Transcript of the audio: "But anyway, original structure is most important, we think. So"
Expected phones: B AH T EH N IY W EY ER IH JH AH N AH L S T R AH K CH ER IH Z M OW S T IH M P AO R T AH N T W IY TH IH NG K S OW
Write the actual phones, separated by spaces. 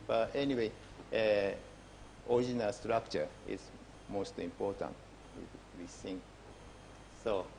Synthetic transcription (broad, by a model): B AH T EH N IY W EY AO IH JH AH N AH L S T R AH K CH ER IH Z M OW S T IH M P AO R T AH N T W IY S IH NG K S OW